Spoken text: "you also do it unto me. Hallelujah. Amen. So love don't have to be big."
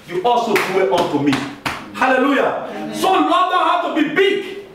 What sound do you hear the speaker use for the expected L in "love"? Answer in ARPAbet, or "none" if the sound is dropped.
N